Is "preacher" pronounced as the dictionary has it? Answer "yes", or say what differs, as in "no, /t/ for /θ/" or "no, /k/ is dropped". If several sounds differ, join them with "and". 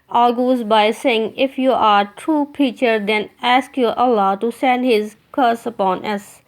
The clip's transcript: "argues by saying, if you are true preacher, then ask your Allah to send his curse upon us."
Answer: no, /ɹ/ is dropped